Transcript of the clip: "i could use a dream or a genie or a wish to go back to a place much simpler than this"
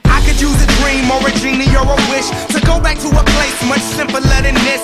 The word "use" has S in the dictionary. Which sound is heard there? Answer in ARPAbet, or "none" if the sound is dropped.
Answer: none